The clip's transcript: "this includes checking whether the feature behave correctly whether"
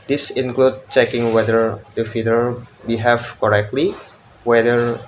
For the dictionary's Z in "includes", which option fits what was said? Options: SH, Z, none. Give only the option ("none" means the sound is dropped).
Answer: none